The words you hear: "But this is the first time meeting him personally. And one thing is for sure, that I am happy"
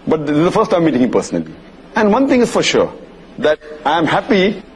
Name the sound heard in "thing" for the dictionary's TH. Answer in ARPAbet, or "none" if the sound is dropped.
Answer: T